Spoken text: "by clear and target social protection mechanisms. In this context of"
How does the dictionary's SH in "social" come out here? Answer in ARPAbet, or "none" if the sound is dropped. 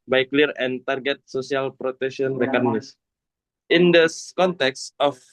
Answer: S